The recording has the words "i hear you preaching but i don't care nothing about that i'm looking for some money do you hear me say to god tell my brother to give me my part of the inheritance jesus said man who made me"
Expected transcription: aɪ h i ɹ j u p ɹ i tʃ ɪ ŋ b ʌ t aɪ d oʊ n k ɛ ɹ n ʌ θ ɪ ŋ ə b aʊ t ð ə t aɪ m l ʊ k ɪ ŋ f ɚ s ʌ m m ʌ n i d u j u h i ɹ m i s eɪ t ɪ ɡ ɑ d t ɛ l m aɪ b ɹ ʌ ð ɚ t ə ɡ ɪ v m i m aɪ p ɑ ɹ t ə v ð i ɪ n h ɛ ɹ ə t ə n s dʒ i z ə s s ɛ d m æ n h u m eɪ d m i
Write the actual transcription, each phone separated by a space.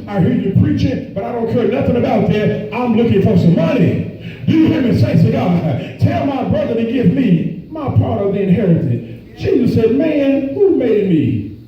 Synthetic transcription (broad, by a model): aɪ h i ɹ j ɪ p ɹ i tʃ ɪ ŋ b ʌ t aɪ d oʊ n k ɛ ɹ n ʌ θ ɪ ŋ ə b aʊ t ð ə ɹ aɪ m l ʊ k ɪ ŋ f ɚ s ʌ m m ʌ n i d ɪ j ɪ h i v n s eɪ s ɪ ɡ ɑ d t ɛ l m aɪ b ɹ ʌ ð ɚ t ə ɡ ɪ v m i m aɪ p ɑ ɹ t ə v ð i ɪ n h ɛ ɹ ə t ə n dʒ i z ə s s ɛ d m æ n h u m eɪ d m i